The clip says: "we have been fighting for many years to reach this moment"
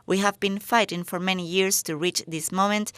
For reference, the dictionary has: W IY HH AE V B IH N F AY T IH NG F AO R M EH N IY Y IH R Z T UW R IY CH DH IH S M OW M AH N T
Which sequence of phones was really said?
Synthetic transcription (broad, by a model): W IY HH AE V B IH N F AY T IH NG F AO R M EH N IY Y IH R S T UW R IY CH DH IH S M OW M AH N T